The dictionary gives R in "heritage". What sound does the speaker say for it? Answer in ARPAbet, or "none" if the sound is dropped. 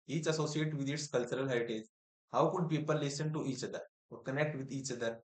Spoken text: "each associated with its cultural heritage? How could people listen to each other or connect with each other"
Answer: none